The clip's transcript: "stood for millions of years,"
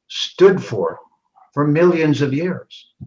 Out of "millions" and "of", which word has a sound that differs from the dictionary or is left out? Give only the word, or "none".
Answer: none